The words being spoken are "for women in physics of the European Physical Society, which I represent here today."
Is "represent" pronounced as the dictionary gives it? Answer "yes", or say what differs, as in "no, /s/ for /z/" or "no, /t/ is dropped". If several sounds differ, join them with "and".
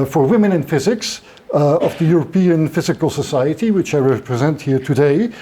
yes